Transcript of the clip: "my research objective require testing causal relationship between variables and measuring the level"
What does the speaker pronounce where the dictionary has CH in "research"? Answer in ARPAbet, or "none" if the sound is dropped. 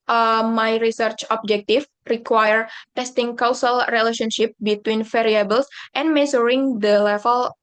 CH